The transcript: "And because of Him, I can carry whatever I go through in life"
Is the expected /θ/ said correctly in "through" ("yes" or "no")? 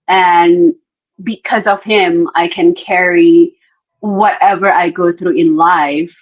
yes